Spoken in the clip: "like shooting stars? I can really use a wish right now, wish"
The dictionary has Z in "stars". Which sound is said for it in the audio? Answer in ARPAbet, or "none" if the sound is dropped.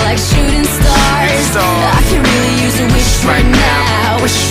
none